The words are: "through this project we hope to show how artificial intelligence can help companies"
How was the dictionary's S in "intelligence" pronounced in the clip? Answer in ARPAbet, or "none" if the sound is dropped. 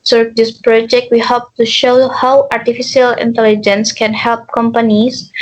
S